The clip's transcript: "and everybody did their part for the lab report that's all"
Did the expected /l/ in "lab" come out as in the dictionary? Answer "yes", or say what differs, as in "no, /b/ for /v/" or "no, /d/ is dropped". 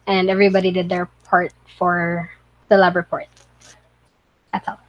yes